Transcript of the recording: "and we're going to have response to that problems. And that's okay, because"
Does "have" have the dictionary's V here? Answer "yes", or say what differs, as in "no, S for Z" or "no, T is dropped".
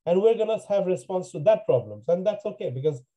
yes